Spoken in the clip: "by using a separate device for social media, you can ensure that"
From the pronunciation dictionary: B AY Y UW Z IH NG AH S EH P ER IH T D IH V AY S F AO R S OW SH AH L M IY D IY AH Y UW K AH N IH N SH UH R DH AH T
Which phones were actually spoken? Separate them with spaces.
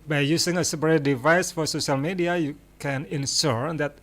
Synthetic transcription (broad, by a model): B AY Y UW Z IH NG AH S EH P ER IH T D IH V AY S F AO R S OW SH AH L M IY D IY AH Y UW K AH N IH N S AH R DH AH T